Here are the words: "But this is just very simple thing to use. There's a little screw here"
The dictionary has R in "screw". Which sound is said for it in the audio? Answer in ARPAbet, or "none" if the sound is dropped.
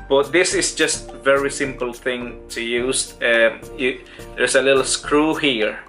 R